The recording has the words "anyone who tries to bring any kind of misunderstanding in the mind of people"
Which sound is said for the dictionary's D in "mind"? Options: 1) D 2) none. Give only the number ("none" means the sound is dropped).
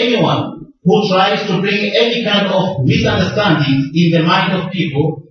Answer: 1